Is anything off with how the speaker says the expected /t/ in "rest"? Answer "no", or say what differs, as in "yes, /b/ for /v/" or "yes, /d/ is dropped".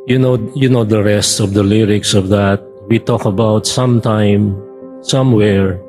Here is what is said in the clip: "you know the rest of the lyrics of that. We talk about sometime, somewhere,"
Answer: no